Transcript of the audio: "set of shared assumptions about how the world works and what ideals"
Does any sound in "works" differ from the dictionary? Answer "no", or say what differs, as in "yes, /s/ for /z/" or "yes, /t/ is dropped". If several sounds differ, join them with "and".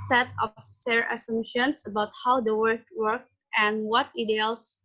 yes, /s/ is dropped